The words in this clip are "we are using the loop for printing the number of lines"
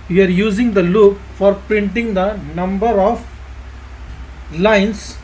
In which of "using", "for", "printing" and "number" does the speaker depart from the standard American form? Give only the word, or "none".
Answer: none